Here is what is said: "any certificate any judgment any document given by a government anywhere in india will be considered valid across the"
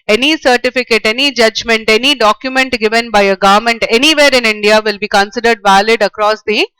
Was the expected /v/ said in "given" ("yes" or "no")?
yes